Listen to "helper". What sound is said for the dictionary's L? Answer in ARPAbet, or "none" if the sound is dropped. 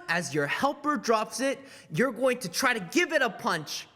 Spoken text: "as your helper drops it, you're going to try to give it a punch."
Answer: L